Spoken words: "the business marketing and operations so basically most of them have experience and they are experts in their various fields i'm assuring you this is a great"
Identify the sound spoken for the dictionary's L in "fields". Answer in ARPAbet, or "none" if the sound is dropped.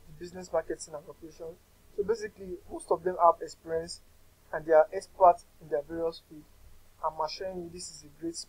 none